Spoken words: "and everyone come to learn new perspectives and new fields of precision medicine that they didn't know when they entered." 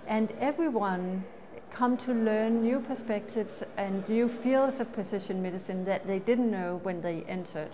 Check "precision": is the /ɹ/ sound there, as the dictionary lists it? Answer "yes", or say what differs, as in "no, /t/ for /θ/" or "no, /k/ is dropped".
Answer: no, /ɹ/ is dropped